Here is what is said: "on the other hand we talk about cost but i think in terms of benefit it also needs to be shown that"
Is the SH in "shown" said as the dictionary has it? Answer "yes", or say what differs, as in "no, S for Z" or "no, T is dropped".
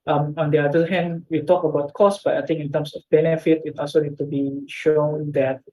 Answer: yes